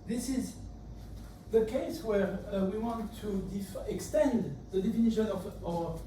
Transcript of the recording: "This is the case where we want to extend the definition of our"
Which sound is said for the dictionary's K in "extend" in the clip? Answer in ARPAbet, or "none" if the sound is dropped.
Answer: K